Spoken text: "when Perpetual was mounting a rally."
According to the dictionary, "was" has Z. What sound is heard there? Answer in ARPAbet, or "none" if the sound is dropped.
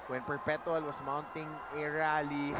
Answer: S